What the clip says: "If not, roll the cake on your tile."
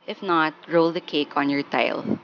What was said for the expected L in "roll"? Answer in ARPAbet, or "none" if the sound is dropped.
L